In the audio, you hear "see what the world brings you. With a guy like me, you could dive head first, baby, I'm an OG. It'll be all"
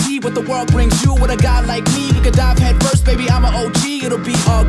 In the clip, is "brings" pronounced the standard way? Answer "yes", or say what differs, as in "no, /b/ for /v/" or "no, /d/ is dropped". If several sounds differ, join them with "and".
yes